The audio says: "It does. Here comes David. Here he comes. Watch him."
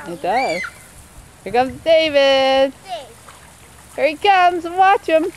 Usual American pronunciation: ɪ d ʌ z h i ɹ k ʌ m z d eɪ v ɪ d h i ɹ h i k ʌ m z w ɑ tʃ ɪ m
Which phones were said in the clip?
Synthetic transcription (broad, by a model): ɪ d ʌ z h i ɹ k ʌ m z d eɪ v ɪ d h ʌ ɹ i k ʌ m z w ɑ tʃ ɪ m